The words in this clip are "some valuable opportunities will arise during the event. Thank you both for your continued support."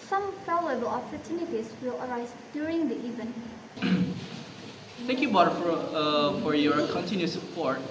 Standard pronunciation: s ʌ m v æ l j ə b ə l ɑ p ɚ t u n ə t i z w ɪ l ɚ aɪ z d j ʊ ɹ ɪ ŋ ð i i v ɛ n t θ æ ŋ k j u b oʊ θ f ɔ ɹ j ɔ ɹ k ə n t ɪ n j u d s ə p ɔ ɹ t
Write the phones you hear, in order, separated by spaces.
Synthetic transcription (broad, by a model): s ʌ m p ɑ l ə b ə l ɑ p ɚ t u n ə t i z w ɪ l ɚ aɪ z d j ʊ ɹ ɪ ŋ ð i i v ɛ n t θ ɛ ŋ k j u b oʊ f f ɔ ɹ j ɔ ɹ k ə n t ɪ n j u s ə p ɔ ɹ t